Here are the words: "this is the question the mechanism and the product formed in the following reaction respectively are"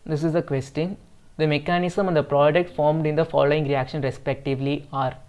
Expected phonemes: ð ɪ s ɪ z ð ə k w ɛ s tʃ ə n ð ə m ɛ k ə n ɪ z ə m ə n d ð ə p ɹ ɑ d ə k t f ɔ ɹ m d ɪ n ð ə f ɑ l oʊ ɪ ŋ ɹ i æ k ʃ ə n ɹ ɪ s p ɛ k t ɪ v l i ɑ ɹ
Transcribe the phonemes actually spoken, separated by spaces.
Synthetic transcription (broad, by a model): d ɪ s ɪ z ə k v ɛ s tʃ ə n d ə m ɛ k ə n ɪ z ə m ə n d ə p ɹ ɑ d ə k t f ɔ ɹ m d ɪ n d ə f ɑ l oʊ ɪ ŋ ɹ i æ k ʃ ə n ɹ ɪ s p ɛ k t ɪ v l i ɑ ɹ